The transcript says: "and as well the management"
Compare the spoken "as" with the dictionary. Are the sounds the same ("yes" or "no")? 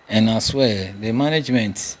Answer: no